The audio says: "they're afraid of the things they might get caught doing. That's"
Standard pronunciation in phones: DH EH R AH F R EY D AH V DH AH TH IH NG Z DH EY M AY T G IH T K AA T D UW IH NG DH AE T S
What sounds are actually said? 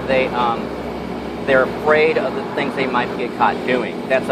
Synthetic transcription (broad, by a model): DH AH R AH F R EY D AH V DH AH TH IH NG Z DH EY M AY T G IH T K AA T D UW IH NG DH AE T S